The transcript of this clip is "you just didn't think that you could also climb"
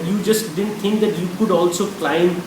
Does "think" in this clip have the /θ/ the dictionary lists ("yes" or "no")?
no